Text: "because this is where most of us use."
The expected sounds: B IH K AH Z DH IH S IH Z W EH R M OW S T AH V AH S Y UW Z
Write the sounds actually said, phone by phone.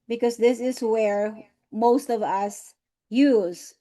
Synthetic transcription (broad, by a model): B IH K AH Z DH IH S IH Z W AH R M OW S T AH V AH S Y UW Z